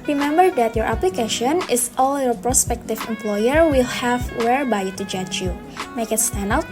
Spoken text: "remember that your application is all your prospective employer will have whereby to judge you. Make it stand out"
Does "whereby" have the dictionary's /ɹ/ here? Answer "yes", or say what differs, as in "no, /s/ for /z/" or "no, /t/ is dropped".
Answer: yes